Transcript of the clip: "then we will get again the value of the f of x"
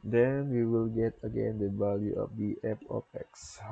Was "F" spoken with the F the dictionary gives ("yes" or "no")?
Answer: no